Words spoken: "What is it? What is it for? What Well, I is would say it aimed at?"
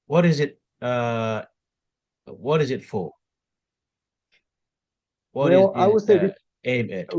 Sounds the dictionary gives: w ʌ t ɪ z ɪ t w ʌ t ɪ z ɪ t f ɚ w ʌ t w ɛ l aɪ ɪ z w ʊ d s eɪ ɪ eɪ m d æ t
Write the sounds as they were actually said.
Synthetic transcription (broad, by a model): w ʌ t ɪ z ɪ t w ʌ t ɪ z ɪ t f ɚ w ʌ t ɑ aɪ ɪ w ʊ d s eɪ ɪ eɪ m æ